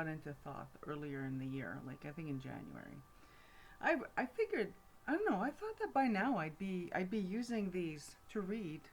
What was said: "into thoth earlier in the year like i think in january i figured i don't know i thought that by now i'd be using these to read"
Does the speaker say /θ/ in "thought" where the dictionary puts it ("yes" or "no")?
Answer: yes